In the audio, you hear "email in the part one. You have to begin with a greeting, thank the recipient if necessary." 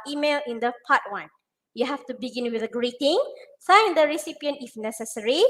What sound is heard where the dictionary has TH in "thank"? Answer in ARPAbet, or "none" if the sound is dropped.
S